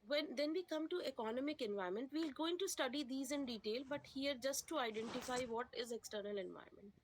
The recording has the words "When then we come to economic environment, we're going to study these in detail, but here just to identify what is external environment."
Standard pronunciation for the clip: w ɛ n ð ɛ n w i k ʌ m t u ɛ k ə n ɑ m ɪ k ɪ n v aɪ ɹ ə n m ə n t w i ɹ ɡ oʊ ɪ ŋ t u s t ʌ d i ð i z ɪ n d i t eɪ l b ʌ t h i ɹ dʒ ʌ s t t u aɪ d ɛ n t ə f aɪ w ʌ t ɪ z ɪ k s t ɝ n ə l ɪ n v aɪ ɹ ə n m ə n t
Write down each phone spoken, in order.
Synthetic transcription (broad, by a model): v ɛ n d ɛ n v i k ʌ m t u ɛ k ə n ɑ m ɪ k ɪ n v aɪ ɹ m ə n t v i l ɡ oʊ ɪ ŋ t u s t ʌ d i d i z ɪ n d i t eɪ l b ʌ t h i ɹ dʒ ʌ s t t u aɪ d ɛ n t ə f aɪ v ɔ t ɪ z ɪ k s t ɝ n ə l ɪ n v aɪ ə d m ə n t